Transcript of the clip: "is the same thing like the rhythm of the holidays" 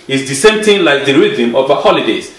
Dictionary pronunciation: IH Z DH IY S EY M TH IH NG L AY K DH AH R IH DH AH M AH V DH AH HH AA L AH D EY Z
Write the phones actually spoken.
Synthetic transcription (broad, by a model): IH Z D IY S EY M T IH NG L AY K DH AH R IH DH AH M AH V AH HH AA L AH D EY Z